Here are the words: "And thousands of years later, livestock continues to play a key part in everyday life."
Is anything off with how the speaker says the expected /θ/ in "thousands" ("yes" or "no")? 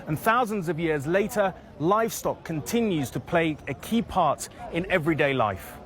no